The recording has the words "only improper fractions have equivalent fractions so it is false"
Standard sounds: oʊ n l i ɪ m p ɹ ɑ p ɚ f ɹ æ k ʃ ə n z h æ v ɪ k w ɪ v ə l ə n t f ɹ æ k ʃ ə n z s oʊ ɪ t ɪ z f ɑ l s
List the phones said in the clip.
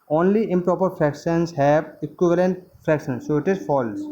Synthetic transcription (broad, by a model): oʊ n l i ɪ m p ɹ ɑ p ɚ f ɹ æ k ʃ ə n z h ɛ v ɪ k w ɪ v ə l ə n t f ɹ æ k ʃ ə n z s oʊ ɪ t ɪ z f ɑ l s